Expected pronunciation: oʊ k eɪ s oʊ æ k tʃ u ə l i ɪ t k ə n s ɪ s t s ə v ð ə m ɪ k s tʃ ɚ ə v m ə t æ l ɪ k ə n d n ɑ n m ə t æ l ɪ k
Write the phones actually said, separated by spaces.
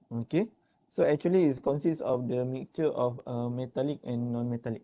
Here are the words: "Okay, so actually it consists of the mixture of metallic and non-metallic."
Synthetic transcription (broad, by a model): oʊ k eɪ s oʊ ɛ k tʃ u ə l i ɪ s k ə n s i s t ə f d ə m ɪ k tʃ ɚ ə f m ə t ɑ l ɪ k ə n n ɑ n m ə t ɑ l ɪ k